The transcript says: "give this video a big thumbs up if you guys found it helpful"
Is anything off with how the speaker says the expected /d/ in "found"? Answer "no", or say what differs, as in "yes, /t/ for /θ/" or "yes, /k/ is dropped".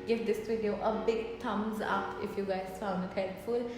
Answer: yes, /d/ is dropped